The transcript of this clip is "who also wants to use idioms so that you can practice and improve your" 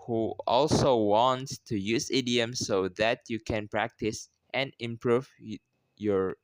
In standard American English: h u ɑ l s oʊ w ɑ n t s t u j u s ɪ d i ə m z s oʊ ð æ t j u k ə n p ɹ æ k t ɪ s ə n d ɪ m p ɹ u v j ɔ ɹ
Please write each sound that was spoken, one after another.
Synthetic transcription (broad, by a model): h u ɑ l s oʊ w ɑ n t s t u j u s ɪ d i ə m s oʊ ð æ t j u k ə n p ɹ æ k t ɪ s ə n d ɪ m p ɹ u v j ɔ ɹ